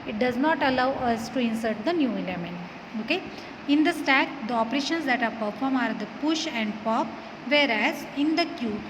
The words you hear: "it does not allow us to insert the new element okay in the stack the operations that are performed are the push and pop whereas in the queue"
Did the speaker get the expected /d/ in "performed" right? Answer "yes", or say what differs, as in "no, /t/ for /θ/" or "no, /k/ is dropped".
no, /d/ is dropped